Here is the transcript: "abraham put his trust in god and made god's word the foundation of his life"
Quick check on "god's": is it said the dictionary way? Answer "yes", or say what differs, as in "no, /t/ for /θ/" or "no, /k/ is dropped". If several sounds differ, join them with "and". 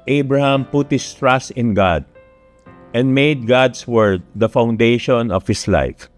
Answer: no, /s/ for /z/